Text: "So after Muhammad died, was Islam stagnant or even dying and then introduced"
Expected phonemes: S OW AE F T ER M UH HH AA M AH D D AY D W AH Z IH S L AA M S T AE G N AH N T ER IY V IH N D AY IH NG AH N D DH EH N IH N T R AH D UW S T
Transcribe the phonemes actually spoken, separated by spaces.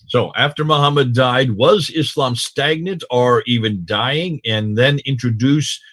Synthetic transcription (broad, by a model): S OW AE F T ER M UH HH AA M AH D D AY D W AH Z IH S L AA M S T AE G N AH T ER IY V IH N D AY IH NG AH N DH EH N IH N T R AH D UW S